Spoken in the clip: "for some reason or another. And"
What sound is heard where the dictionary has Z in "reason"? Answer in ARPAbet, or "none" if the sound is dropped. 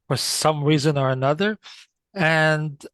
Z